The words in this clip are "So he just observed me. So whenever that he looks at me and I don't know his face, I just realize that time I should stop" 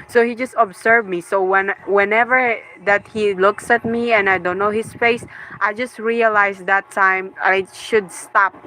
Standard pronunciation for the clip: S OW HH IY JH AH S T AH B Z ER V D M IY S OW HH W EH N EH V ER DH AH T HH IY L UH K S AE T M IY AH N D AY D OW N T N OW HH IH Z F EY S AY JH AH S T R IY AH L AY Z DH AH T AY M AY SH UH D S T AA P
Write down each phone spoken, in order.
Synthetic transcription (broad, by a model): S OW HH IY JH AH S T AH B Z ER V M IY S OW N W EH N EH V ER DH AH T HH IY L UH K S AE T M IY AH N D AY D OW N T N OW HH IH S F EY S AY JH AH S T R IY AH L AY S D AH T AY M AY SH UH D S T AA P